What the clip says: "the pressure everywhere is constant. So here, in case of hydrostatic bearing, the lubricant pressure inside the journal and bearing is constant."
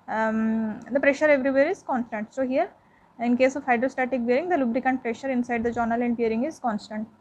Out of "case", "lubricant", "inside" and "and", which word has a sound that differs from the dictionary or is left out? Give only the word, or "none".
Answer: none